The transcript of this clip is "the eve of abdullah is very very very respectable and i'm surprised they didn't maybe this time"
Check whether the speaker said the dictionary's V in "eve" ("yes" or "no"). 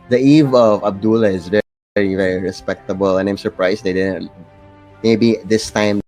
yes